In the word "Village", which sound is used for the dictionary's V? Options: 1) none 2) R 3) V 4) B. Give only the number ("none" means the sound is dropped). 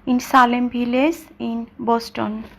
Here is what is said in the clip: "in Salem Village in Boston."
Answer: 4